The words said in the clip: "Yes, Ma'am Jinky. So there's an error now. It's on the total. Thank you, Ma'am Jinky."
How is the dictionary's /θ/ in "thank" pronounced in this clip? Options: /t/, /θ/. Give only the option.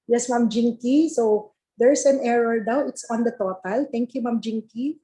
/t/